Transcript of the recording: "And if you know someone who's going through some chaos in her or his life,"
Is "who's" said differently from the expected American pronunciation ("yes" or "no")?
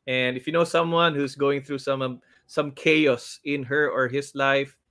yes